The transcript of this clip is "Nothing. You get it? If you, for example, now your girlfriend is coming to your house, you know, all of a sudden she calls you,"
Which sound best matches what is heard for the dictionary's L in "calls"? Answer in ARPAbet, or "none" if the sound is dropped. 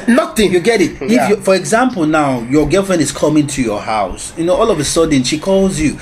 L